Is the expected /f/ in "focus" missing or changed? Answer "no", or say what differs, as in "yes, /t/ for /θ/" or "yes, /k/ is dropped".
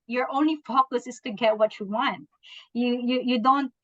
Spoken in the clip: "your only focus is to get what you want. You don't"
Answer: no